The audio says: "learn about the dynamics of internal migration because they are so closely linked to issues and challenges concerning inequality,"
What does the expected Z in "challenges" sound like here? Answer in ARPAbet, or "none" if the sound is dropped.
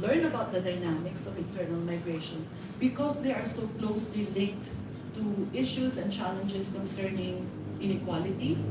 S